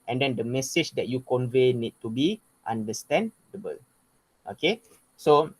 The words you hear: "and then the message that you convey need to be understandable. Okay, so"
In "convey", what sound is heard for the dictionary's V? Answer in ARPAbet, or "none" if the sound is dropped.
V